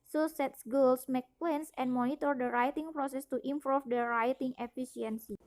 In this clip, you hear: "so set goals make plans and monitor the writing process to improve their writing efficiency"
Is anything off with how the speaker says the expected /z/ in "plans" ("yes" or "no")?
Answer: yes